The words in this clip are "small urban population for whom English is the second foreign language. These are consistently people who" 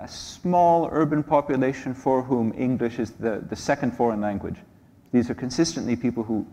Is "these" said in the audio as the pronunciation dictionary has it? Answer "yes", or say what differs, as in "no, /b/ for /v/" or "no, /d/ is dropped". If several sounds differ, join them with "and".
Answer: yes